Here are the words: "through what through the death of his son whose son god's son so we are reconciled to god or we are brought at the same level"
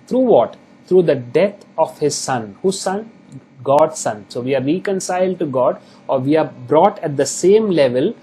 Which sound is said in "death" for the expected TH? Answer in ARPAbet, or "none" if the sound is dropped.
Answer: T